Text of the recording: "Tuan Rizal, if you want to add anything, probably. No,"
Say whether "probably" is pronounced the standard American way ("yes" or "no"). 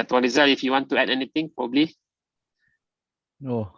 yes